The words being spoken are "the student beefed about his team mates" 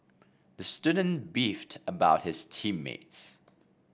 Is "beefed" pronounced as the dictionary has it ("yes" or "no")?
yes